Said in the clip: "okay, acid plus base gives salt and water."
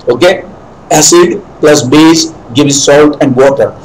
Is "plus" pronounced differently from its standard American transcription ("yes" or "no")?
no